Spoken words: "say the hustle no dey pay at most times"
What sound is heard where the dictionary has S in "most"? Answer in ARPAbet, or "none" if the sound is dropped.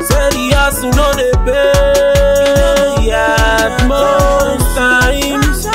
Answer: none